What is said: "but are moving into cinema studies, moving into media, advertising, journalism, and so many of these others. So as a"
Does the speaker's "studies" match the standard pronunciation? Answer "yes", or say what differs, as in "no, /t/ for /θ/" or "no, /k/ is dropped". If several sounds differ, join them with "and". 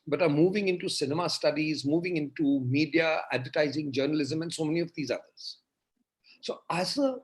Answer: yes